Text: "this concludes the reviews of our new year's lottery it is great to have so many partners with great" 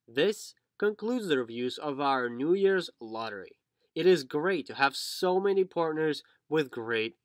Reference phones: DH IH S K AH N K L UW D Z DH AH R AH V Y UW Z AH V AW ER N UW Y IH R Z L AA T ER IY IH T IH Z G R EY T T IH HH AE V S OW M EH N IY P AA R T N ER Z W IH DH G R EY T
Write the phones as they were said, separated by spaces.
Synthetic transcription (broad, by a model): DH IH S K AH N K L UW D Z DH AH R V Y UW Z AH V AW ER N UW Y IH R Z L AA T ER IY IH T IH Z G R EY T T IH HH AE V S OW M EH N IY P AA R T N ER Z W IH DH G R EY T